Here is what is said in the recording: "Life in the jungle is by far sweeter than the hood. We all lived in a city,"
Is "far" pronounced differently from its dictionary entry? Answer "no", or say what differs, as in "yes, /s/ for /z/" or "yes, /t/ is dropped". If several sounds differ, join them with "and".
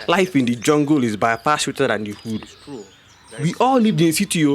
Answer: yes, /p/ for /f/